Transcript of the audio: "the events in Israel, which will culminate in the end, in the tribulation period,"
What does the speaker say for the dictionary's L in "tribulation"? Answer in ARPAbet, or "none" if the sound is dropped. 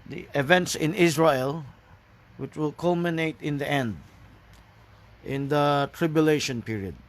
L